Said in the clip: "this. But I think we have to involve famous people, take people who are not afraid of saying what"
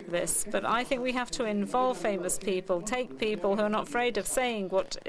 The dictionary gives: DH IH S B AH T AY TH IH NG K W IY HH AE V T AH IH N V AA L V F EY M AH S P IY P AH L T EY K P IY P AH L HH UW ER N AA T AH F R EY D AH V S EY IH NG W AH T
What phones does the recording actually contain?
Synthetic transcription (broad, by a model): DH IH S B AH T AY TH IH NG K W IY HH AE F T AH IH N V AA L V F EY M AH S P IY P AH L T EY K P IY P AH L HH UW ER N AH T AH F R EY D AH V S EY IH NG W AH T